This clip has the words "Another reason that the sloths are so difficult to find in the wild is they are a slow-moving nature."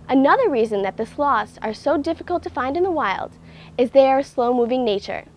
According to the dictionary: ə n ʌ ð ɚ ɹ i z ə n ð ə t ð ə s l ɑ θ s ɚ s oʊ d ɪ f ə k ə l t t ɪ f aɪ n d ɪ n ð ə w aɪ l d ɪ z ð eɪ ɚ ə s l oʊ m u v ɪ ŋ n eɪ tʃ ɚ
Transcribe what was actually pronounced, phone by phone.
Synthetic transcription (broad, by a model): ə n ʌ ð ɚ ɹ i z ə n ð ə t ð ə s l ɑ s ɚ s oʊ d ɪ f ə k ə l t t ɪ f aɪ n d ɪ n ð ə w aɪ l d ɪ z ð eɪ ɚ ə s l oʊ m u v ɪ ŋ n eɪ tʃ ɚ